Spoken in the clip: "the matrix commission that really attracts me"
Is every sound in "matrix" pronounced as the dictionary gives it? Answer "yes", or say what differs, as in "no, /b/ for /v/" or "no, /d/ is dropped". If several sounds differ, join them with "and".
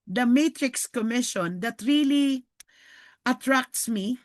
yes